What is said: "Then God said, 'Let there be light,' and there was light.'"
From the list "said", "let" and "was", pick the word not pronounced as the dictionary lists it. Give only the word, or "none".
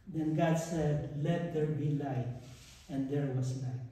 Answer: was